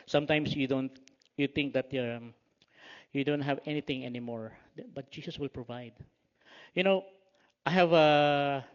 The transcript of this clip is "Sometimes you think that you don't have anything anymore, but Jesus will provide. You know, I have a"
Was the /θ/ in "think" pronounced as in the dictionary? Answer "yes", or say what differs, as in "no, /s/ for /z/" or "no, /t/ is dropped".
no, /t/ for /θ/